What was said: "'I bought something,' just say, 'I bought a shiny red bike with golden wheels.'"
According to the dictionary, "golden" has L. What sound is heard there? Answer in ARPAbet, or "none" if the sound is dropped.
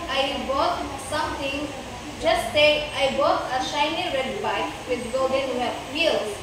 none